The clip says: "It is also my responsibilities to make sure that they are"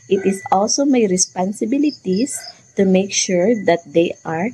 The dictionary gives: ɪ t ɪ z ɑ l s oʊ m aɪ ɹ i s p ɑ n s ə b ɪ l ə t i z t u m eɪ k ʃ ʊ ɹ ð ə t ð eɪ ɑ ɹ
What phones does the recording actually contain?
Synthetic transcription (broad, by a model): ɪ t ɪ s ɑ l s oʊ m aɪ ɹ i s p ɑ n s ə b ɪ l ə t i s t u m eɪ k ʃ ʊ ɹ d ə t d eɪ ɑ ɹ